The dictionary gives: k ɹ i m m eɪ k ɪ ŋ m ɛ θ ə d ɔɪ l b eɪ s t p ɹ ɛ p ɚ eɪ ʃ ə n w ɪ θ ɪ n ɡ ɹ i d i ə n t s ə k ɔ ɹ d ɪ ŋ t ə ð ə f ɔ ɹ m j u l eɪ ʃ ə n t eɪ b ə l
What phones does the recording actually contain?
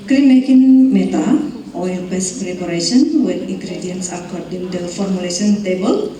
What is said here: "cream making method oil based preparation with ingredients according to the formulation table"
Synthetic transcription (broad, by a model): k ɹ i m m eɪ k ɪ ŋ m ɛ t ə ɔɪ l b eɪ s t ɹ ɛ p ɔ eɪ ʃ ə n w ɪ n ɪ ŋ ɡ ɹ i d i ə n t s ə k ɔ ɹ d ɪ ŋ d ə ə f ɔ ɹ m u l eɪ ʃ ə n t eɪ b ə l